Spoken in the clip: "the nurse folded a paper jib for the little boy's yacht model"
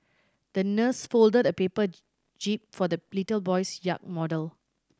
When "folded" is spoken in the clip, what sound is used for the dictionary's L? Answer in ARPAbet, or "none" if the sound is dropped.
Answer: L